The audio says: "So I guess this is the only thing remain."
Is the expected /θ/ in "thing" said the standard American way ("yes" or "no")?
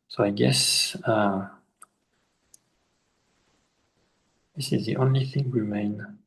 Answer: yes